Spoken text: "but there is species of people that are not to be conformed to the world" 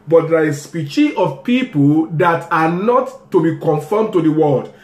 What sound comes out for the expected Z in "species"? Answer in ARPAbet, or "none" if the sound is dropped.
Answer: none